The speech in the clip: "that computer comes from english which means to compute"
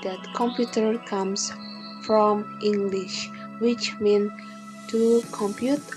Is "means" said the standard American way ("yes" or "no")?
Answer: no